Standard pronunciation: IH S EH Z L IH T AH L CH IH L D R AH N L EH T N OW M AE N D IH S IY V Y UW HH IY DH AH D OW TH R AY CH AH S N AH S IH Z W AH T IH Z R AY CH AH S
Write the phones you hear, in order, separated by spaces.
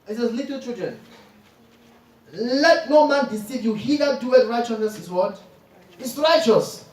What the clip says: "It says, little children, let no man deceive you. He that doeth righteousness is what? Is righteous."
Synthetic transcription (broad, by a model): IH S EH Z L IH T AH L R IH D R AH N L EH T N OW M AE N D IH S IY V Y UW HH IY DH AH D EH T R AY CH AH S N AH S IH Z W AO T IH S R AY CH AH S